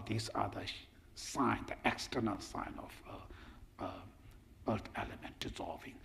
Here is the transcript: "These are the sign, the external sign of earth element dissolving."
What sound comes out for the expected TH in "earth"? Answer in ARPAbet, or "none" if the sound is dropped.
T